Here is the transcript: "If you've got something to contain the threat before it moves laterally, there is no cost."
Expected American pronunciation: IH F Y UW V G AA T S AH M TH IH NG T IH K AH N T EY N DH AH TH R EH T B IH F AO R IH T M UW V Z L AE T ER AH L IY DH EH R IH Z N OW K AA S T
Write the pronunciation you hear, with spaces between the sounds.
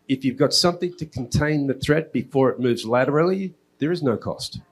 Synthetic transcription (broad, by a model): IH F Y UW V G AA T S AH M TH IH NG T IH K N T EY N DH AH TH R EH T B IH F AO R IH T M UW V Z L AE T ER L IY DH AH R IH Z N OW K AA S T